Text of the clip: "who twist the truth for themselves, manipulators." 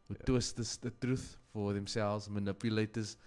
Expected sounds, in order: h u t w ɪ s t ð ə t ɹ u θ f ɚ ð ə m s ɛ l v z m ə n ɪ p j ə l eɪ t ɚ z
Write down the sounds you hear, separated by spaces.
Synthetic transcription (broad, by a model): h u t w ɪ s t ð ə t ɹ u θ f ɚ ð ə m s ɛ l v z m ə n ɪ p j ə l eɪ t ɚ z